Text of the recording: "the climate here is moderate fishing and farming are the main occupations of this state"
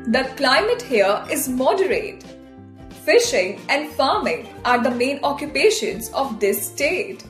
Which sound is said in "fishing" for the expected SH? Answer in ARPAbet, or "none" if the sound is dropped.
SH